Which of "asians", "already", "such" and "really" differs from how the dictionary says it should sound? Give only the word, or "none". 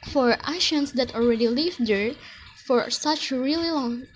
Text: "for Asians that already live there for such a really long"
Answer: asians